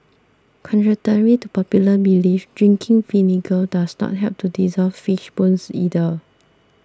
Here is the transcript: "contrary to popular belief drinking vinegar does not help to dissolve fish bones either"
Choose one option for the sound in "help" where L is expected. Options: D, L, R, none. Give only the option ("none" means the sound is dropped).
none